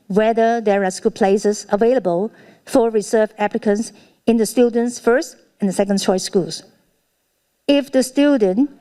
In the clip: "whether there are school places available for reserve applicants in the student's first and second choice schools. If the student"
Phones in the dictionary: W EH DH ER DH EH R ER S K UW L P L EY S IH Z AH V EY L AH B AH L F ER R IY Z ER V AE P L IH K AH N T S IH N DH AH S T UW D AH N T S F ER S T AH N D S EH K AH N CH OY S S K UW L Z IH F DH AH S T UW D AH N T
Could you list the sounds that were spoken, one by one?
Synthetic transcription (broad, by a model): W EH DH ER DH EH R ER S K UW L P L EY S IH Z AH V EY L AH B AH L F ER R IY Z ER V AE P L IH K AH N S IH N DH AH S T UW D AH N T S F ER S T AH N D S EH K AH N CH OY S S K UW L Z IH F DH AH S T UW D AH N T